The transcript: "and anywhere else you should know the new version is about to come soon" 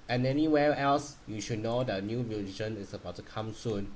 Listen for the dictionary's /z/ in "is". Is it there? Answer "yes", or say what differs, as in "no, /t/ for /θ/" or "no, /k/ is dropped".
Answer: no, /s/ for /z/